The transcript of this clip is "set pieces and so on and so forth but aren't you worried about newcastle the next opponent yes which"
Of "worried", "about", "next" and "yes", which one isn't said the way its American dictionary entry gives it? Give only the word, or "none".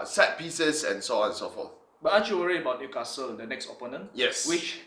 worried